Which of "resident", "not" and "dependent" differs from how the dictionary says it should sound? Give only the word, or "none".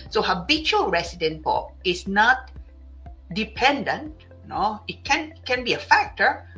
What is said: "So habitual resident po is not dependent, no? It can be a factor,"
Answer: resident